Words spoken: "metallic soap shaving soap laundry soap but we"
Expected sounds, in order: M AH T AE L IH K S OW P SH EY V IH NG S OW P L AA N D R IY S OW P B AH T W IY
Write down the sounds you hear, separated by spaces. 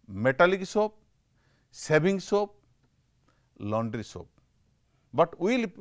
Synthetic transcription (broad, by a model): M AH T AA L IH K S OW P S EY B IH NG S OW P L AA N D R IY S OW P B AH T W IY